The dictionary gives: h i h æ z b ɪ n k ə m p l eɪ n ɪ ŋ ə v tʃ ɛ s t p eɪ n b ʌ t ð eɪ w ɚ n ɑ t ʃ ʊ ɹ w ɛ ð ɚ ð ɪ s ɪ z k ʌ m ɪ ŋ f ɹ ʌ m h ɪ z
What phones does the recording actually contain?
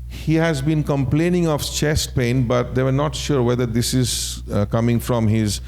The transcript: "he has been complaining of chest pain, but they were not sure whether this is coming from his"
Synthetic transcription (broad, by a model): h i h æ z b ɪ n k ə m p l eɪ n ɪ ŋ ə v tʃ ɛ s t p eɪ n b ʌ t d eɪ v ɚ n ɑ t ʃ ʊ ɹ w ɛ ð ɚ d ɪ s ɪ z k ʌ m ɪ ŋ f ɹ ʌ m h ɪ z